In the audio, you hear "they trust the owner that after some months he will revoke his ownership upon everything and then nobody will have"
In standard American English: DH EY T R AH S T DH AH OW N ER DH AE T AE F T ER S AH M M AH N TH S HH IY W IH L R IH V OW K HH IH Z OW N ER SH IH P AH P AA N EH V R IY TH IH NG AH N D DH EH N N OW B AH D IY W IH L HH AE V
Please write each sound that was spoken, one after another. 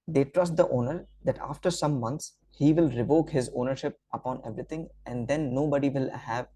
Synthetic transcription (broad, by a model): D EY T R AH S T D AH OW N ER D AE T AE F T ER S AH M M AH N T S HH IY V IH L R IH V OW K HH IH Z OW N ER SH IH P AH P AA N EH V R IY T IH NG AH N D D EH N N OW B AH D IY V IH L HH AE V